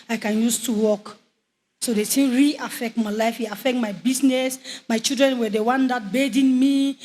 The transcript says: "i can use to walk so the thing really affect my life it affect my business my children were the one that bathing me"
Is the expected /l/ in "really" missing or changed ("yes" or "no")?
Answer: yes